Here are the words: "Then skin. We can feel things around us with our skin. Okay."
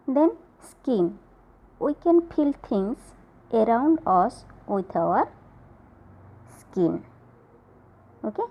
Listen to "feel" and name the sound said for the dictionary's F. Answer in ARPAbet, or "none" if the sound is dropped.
P